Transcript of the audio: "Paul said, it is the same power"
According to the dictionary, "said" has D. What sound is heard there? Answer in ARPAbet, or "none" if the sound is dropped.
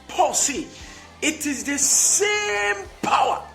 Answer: none